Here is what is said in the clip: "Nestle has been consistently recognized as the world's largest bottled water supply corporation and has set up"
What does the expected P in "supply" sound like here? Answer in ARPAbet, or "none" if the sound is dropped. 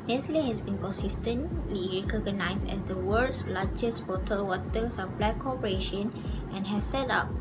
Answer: B